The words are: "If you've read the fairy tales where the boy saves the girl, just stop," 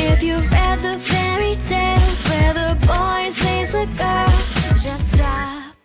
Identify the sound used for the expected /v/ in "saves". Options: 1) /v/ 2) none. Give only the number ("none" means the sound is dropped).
2